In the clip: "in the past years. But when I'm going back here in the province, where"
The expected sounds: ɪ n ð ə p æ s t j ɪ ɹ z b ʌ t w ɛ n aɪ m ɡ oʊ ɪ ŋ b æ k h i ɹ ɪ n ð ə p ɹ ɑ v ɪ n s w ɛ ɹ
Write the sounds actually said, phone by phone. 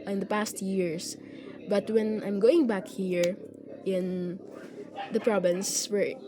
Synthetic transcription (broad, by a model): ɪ n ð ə p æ s t j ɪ ɹ s b ʌ t w ɛ n aɪ m ɡ oʊ ɪ ŋ b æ k h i ɹ ɪ n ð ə p ɹ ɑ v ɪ n s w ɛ ɹ